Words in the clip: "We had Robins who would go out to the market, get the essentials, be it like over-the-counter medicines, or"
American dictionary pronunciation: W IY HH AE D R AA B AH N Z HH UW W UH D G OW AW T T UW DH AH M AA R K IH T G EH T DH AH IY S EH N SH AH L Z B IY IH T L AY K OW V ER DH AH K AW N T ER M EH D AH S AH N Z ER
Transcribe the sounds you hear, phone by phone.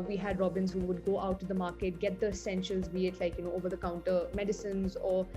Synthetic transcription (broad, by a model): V IY HH AE D R AA B AH N Z HH UW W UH D G OW AW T T UW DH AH M AA R K IH T G EH T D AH S EH N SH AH L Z B IY IH T L AY K OW V ER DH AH K AW N T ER M EH D AH S AH N Z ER